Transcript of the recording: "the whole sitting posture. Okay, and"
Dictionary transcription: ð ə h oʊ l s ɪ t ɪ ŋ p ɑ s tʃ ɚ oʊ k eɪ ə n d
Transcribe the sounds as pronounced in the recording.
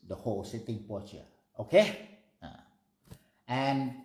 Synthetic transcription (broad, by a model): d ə h oʊ l s ɪ t ɪ ŋ p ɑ tʃ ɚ oʊ k eɪ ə n